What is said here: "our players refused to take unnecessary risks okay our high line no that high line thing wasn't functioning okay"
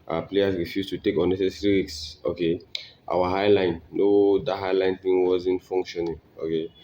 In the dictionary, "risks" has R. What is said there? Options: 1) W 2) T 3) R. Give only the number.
1